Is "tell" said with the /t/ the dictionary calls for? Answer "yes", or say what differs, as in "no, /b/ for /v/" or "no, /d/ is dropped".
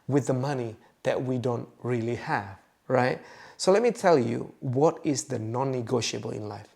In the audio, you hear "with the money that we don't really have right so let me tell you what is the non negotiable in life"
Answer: yes